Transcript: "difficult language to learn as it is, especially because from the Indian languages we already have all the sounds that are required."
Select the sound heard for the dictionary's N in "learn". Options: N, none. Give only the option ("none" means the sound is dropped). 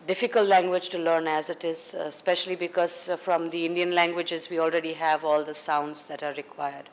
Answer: N